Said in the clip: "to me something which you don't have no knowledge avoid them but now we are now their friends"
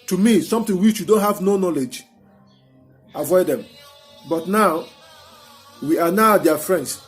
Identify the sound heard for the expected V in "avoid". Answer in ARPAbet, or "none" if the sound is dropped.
V